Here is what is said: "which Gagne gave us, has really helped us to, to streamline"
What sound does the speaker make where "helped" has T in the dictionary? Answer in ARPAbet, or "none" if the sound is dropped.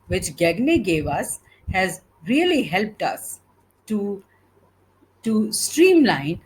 T